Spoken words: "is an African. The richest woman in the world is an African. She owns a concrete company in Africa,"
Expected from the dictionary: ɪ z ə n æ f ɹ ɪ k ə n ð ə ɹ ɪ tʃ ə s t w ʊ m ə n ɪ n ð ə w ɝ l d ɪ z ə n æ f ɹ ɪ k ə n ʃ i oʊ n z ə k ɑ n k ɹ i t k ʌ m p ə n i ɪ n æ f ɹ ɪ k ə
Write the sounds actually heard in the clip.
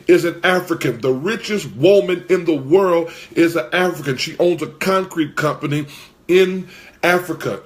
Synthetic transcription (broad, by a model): ɪ z ə n æ f ɹ ɪ k ə n ð ə ɹ ɪ tʃ ə s t w ʊ m ə n ɪ n ð ə w ɝ l d ɪ z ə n æ f ɹ ɪ k ə n ʃ i oʊ n z ə k ɑ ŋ k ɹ i t k ʌ m p ə n i ɪ n æ f ɹ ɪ k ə